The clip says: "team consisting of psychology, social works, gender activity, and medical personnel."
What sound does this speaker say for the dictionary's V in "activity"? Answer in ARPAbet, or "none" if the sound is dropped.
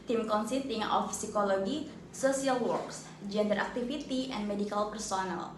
F